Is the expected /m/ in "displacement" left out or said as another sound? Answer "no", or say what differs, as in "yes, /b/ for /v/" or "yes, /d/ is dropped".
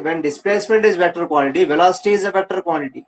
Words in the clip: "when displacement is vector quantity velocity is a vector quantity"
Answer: no